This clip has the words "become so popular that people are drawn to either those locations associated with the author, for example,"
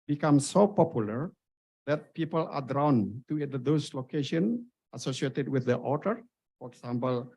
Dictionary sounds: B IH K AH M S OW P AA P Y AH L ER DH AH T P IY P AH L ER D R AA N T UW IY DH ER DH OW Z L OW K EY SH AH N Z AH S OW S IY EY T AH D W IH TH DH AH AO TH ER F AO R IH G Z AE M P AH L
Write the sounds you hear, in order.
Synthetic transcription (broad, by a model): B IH K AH M S OW P AA P Y AH L ER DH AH T P IY P AH L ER D R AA N T UW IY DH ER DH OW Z L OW K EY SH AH N AH S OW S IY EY T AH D W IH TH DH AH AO T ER F AO R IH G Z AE M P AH L